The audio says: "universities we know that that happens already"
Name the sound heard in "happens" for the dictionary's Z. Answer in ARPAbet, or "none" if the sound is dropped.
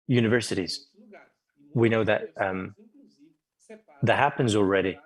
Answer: Z